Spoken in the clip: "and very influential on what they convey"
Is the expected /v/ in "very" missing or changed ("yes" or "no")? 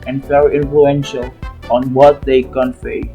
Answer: yes